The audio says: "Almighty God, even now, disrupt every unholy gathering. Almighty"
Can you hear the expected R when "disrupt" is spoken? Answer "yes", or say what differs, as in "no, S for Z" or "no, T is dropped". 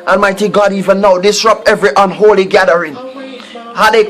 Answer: yes